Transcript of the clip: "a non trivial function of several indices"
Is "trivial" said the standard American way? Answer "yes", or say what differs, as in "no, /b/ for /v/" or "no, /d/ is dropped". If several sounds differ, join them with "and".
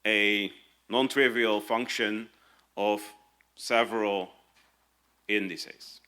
yes